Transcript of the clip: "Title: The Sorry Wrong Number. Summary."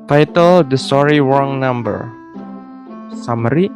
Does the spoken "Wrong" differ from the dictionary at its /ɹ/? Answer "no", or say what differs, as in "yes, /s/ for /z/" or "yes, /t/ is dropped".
yes, /w/ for /ɹ/